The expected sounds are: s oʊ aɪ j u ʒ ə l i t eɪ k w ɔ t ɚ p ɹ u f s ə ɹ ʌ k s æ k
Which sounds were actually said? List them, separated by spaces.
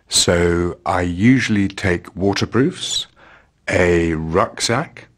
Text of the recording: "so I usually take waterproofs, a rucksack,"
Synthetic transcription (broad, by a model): s oʊ aɪ j u ʒ ə l i t eɪ k w ɔ t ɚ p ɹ u f s ə ɹ ʌ k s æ k